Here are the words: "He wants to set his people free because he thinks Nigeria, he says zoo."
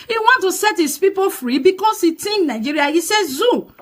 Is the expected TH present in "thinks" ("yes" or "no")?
no